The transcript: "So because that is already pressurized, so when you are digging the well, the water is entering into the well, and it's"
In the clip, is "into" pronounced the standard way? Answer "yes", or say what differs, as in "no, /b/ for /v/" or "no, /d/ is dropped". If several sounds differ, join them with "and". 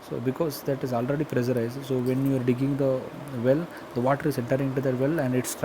no, /n/ is dropped